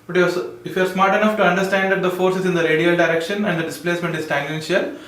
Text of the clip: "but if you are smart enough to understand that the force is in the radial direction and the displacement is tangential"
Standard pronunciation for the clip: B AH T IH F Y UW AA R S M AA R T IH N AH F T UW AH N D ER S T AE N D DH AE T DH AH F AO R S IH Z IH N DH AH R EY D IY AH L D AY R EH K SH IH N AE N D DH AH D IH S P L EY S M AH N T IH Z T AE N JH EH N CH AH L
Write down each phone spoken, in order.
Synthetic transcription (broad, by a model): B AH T IH F Y UW AA R S M AA R T IH N AH F T UW AH N D ER S T AE N D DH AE T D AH F AO R S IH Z IH N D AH R EY D IY AH L D AY R EH K SH IH N AE N D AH D IH S P L EY S M AH N T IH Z T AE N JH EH N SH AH L